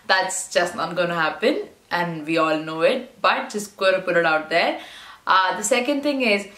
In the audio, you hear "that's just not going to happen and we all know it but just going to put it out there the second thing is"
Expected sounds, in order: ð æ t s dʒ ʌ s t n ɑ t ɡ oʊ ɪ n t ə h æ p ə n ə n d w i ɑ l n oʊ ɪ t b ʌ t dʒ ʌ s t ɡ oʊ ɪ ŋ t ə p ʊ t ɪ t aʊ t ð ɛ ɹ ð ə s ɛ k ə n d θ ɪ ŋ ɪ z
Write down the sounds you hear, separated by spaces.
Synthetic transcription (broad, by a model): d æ t s dʒ ʌ s t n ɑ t ɡ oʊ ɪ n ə h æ p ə n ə n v i ɑ l n oʊ ɪ t b ʌ t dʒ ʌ s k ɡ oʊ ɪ t ə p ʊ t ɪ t aʊ t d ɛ ɹ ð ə s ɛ k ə n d t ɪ ŋ ɪ z